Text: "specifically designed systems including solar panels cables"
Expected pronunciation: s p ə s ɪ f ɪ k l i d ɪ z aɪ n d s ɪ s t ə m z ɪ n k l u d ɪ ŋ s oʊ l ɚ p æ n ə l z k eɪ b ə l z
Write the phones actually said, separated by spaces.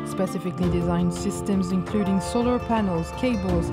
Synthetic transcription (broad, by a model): s p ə s ɪ f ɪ k l i d ɪ z aɪ n d s ɪ s t ə m z ɪ n k l u d ɪ ŋ s oʊ l ɚ p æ n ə l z k eɪ b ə l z